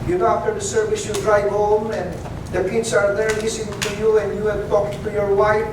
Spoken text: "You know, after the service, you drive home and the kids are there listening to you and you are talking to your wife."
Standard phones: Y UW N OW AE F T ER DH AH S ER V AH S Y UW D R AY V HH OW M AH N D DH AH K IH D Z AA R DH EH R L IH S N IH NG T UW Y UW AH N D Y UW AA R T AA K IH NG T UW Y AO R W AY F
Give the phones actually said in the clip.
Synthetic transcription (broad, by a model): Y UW N OW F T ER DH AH S ER V AH S Y UW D R AY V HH OW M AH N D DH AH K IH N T AA R DH EH R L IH S IH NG T UW Y UW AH N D Y UW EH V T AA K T T UW Y AO R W AY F